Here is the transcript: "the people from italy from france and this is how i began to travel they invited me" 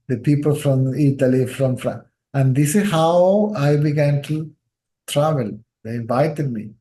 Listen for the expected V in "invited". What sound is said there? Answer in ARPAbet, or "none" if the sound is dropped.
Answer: V